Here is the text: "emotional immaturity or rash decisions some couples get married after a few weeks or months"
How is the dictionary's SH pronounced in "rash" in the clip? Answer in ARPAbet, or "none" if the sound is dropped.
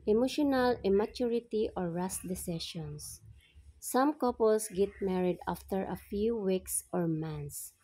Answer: S